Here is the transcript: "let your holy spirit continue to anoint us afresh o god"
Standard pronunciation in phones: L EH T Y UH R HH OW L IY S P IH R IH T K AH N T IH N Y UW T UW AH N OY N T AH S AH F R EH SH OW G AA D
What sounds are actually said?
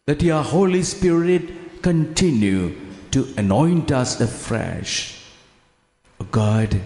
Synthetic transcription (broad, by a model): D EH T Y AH HH OW L IY S P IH R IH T K AH N T IH N Y UW T UW AH N OY N T AH S AH F R EH SH OW G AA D